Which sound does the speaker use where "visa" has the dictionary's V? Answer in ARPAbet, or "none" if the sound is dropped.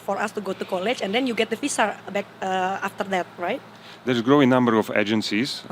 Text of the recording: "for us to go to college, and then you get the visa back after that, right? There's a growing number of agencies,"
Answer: F